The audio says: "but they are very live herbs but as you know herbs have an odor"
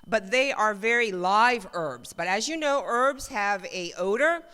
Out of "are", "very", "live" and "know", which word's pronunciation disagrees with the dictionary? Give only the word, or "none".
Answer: none